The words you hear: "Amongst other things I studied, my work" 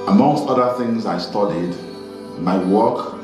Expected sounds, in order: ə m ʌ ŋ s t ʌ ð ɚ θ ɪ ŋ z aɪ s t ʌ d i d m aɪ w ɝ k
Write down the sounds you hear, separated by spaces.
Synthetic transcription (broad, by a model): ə m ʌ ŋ s t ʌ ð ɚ θ ɪ ŋ z aɪ s t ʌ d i d m aɪ w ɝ k